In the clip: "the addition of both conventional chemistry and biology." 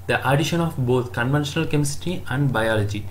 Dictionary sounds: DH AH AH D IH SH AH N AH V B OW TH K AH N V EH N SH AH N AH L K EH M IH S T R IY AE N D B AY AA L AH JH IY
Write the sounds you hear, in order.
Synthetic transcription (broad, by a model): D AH AH D IH SH AH N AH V B OW T K AH N V EH N SH AH N AH L K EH M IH S T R IY AE N D B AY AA L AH JH IY